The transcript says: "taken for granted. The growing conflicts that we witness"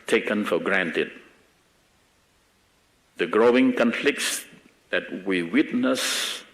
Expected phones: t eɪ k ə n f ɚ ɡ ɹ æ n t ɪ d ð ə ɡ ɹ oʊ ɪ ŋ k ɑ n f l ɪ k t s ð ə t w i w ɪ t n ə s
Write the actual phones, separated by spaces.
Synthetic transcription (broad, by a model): t eɪ k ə n f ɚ ɡ ɹ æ n t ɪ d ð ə ɡ ɹ oʊ ɪ ŋ k ɑ n f l ɪ k t s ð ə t w i w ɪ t n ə s